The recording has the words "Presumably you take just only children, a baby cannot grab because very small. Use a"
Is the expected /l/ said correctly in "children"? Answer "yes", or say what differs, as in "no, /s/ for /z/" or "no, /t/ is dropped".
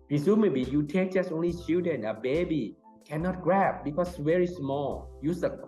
no, /l/ is dropped